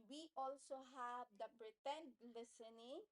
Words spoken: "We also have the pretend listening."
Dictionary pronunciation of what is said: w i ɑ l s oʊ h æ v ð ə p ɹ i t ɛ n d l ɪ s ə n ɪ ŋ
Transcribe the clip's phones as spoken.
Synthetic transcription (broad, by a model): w i ɑ l s oʊ h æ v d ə b ɹ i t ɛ n l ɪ s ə n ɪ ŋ